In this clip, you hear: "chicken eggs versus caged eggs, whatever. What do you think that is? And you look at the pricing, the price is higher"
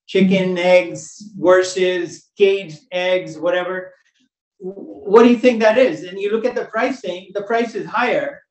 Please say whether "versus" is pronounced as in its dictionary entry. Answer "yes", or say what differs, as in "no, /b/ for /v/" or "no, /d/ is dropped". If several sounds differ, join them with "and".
no, /w/ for /v/